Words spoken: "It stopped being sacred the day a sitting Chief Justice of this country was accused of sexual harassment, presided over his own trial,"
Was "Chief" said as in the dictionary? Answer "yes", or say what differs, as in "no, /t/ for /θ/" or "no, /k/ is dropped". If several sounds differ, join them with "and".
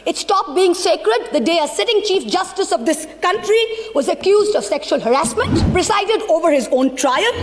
yes